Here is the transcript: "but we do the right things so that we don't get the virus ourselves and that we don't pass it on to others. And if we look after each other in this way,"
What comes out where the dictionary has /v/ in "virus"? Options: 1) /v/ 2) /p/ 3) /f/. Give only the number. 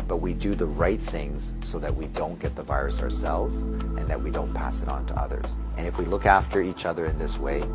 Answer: 1